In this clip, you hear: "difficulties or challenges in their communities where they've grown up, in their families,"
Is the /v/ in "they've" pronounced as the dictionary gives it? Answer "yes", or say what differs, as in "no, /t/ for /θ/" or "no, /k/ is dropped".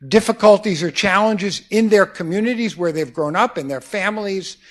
yes